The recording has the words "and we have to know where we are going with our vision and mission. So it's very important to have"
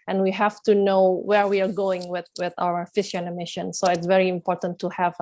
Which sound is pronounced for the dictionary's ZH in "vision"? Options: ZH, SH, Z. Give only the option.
SH